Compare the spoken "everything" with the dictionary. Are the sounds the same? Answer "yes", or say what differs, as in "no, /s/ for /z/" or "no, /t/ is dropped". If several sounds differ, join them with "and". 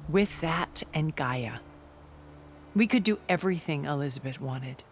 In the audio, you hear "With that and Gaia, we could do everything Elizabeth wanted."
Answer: yes